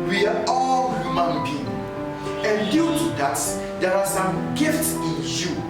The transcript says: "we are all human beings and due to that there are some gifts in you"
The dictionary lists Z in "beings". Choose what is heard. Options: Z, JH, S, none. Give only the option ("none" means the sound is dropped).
none